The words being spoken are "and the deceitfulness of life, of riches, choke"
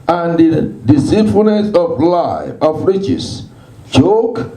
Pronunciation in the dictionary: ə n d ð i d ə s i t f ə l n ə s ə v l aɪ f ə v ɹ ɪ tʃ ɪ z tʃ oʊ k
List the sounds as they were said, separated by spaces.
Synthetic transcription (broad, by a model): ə n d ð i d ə s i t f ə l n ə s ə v l aɪ ə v ɹ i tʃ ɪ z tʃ oʊ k